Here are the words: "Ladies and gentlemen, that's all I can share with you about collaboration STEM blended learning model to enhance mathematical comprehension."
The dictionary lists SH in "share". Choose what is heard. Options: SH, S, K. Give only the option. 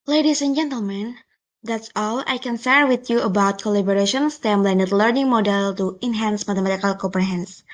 S